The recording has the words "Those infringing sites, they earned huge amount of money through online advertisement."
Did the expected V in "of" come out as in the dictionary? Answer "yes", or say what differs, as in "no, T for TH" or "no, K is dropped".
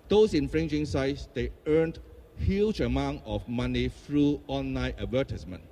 no, F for V